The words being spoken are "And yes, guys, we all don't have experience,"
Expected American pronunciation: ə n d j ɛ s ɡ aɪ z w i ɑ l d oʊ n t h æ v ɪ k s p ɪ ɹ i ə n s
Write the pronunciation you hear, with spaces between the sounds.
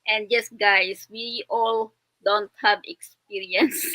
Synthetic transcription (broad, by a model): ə n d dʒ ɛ s ɡ aɪ s w i ɑ l d oʊ n t h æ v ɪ k s p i ɹ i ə n s